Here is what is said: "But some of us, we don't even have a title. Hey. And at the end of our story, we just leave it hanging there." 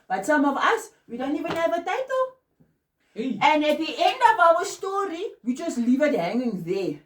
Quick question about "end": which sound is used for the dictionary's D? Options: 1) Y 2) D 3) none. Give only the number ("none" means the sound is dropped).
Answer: 2